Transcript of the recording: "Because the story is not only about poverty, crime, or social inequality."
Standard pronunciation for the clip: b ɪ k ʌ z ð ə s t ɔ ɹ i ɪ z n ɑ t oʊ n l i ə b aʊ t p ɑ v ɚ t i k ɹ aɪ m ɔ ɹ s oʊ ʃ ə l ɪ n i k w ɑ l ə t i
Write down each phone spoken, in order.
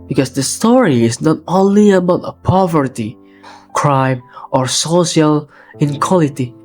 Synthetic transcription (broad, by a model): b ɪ k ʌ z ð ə s t ɔ ɹ i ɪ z n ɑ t oʊ n l i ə b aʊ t p ɑ v ɚ t i k ɹ aɪ m ɔ ɹ s oʊ ʃ ə l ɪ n k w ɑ l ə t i